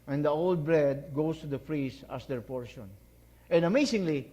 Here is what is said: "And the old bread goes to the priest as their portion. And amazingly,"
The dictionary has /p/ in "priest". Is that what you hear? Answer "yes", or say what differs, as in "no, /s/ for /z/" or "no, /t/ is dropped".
no, /f/ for /p/